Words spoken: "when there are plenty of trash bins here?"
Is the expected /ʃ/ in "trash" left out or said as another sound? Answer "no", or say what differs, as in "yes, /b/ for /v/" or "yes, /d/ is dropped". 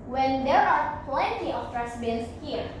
yes, /s/ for /ʃ/